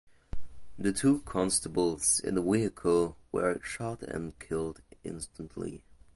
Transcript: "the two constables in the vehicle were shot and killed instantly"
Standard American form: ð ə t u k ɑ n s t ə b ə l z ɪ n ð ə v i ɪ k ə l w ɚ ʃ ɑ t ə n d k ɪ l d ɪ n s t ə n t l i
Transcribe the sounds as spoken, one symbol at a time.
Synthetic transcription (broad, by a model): ð ə t u k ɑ n s t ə b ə l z ɪ n ð ə w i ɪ k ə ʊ w ɚ ʃ ɑ t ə n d k ɪ l d ɪ n s t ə n t l i